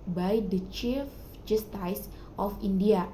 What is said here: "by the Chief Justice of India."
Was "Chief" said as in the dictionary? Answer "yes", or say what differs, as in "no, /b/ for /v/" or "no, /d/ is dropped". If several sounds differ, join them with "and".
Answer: yes